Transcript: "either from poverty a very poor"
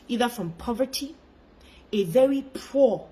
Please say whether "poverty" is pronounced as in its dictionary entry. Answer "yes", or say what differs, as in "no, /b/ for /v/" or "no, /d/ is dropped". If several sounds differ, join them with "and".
yes